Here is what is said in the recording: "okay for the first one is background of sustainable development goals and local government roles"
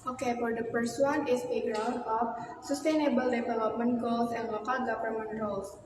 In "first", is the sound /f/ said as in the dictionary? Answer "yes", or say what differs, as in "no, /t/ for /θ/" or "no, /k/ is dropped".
no, /p/ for /f/